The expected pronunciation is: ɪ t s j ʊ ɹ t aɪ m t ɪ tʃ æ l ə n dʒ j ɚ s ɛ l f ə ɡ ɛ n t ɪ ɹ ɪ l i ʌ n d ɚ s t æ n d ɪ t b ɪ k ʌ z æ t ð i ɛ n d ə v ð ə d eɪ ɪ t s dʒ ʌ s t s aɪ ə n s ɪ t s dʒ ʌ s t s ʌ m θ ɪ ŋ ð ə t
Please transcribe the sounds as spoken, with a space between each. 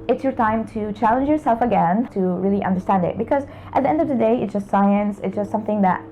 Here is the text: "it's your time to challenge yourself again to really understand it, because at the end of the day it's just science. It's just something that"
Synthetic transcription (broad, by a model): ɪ t s j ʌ ɹ t aɪ m t ɪ tʃ æ l ə n dʒ j ɚ s ɛ l f ə ɡ ɛ n t ɪ ɹ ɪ l i ʌ n d ɚ s t æ n d ɪ t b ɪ k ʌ z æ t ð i ɛ n d ə v ð ə d eɪ ɪ t s dʒ ʌ s t s aɪ ə n s ɪ t s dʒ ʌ s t s ʌ m θ ɪ ŋ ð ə t